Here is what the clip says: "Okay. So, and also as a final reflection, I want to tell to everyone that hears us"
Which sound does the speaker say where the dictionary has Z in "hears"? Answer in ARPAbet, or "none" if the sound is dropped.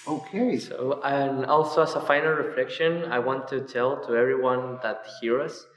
none